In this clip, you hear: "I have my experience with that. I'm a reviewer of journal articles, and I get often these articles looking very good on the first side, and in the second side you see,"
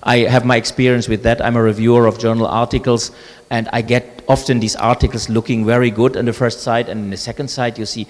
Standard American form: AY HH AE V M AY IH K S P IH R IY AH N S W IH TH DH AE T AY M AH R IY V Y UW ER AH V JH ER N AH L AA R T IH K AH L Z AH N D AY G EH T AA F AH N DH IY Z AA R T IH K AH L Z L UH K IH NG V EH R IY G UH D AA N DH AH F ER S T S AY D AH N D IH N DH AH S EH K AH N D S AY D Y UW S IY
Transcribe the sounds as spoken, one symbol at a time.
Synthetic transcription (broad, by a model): AY HH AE V M AY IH K S P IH R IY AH N S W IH DH AE T AY M AH R IY V Y UW ER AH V JH ER N AH L AA R T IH K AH L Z AH N D AY G EH T AA F AH N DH IY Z AA R T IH K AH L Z L UH K IH NG V EH R IY G UH D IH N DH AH F ER S T S AY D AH N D IH N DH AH S EH K AH N D S AY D Y UW S IY